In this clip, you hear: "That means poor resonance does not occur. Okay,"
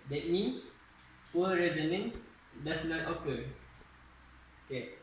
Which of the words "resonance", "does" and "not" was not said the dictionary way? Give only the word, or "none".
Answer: does